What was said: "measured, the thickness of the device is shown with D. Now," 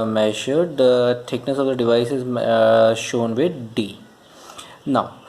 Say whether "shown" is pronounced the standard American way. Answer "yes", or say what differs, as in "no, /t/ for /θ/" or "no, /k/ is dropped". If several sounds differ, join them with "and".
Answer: yes